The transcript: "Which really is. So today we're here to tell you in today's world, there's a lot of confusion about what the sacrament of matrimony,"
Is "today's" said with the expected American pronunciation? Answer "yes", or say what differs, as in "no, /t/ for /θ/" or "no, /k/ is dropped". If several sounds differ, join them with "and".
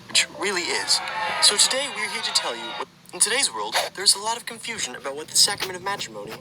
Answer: yes